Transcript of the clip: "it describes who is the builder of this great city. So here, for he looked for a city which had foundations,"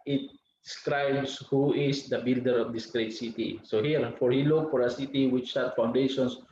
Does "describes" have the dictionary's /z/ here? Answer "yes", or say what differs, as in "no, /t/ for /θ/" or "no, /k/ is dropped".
no, /s/ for /z/